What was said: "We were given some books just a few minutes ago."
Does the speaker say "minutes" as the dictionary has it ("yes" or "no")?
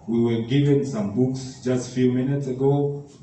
yes